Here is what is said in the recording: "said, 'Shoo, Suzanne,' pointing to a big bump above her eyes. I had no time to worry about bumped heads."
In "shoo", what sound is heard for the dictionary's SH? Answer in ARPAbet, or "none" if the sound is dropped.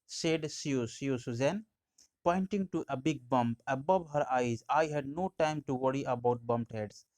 S